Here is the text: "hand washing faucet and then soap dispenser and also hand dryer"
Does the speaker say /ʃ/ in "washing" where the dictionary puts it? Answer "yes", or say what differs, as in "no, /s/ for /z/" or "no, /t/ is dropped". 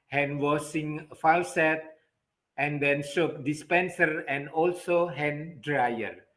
no, /s/ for /ʃ/